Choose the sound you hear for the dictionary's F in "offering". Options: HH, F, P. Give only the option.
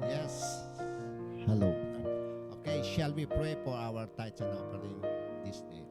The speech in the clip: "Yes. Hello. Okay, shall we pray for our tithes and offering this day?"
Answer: P